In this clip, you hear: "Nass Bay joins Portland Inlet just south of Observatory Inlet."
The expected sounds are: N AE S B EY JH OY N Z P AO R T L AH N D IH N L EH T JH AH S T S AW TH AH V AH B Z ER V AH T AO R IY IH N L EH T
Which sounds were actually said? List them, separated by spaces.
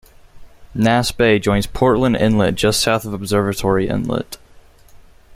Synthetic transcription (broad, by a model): N AE S B EY JH OY N Z P AO R T L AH N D IH N L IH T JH AH S T S AW TH AH V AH B Z ER V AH T AO R IY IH N L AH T